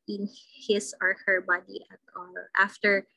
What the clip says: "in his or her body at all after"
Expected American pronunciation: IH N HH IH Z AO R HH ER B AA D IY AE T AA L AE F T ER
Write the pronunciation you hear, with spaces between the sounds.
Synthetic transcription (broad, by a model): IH N HH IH S AO R HH ER B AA D IY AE T AA L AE F T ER